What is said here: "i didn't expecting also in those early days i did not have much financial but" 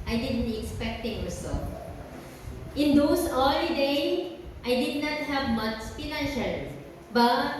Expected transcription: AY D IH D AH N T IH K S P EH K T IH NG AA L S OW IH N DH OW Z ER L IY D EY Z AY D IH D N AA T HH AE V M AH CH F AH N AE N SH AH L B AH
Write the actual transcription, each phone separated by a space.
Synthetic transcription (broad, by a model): AY D IH D AH N T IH K S P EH K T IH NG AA S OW IH N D OW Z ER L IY D EY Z AY D IH D N AA T HH AE V M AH S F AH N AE N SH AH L B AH